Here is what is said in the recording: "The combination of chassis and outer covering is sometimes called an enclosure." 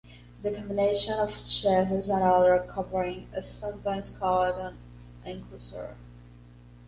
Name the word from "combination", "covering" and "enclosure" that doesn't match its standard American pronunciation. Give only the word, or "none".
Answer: enclosure